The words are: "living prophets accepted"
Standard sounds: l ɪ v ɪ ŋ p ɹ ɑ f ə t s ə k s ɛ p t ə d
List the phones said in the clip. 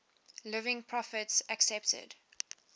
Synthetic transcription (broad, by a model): l ɪ v ɪ ŋ p ɹ ɑ f ə t s ə k s ɛ p t ə d